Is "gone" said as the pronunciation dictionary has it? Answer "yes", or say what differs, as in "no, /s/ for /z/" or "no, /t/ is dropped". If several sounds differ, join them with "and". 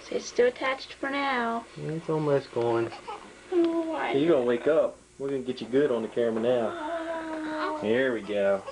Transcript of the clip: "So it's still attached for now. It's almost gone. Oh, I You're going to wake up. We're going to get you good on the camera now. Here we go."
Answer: yes